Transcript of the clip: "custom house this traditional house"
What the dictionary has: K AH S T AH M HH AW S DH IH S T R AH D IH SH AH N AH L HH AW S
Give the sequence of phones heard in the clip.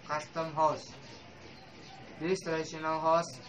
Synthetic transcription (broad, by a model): K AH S T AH M HH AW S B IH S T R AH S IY AH N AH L HH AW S